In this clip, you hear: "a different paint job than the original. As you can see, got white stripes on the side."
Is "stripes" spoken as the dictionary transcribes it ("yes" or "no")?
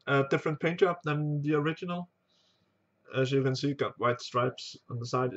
yes